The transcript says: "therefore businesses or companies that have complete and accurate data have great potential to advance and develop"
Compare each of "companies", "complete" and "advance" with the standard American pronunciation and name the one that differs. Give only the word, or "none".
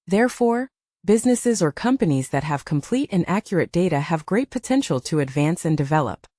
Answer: none